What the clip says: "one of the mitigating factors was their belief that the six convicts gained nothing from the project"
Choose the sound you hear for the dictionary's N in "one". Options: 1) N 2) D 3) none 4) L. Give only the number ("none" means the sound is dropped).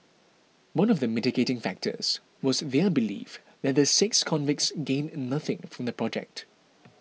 1